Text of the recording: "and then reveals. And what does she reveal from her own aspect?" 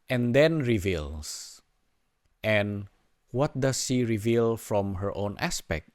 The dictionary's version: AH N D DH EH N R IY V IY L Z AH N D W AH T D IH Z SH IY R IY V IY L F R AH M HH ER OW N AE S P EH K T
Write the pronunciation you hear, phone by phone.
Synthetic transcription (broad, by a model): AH N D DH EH N R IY V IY L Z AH N W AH T D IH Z SH IY R IY V IY L F R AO M HH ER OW N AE S P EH K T